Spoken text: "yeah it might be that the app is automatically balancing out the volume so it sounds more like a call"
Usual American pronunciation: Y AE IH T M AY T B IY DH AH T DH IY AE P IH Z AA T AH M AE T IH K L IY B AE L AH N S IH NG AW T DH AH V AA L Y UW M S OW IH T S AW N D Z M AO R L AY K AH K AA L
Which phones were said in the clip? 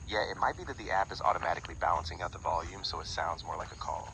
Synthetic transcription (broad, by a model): Y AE IH T M AY T B IY DH AH T DH IY AE P IH Z AA T AH M AE T IH K L IY B AE L AH N S IH NG AW T DH AH V AA L Y UW M S OW IH T S AW N D Z M AO R L AY K AH K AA L